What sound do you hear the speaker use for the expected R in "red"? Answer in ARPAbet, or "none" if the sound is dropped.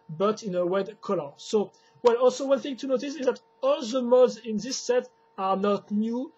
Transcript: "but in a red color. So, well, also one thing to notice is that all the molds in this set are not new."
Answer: W